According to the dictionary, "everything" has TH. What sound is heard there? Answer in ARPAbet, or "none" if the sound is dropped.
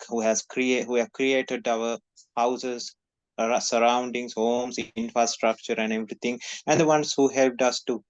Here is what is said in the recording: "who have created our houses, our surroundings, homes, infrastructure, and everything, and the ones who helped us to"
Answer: T